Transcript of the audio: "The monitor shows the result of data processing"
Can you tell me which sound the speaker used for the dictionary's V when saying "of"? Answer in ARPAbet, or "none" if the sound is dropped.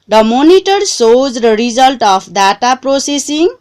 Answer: P